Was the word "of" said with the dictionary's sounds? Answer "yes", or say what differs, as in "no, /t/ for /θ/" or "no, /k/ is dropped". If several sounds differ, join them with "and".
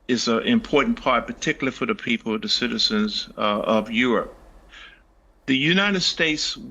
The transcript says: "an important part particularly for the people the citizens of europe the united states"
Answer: yes